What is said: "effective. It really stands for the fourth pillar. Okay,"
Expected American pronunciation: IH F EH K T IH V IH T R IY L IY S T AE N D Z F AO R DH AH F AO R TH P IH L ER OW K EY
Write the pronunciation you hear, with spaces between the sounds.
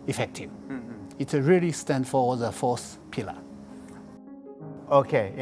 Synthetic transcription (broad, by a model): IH F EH K T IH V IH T R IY L IY S T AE N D F AO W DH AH F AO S P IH L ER OW K EY